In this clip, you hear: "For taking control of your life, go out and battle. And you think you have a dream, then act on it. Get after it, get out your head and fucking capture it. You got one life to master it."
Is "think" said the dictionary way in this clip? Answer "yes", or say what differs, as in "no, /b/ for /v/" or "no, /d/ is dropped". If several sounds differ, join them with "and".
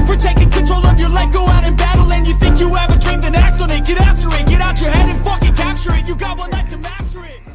yes